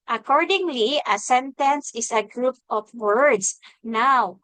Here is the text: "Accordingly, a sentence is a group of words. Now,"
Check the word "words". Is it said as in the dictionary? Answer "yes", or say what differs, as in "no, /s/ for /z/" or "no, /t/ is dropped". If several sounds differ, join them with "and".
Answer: no, /s/ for /z/